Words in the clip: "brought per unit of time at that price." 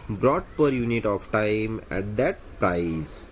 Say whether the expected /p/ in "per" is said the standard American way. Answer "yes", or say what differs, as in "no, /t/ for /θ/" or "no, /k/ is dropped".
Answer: yes